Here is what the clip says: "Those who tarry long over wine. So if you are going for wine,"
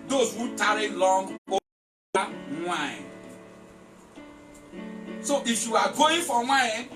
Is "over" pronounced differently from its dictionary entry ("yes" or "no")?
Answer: yes